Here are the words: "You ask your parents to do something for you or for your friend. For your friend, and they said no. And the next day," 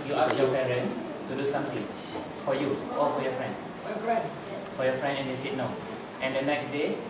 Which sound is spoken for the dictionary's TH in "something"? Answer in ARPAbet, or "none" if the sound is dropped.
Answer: T